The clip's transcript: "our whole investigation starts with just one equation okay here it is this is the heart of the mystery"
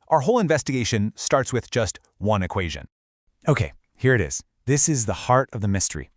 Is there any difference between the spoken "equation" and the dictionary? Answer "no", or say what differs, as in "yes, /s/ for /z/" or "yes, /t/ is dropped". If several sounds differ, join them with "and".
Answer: no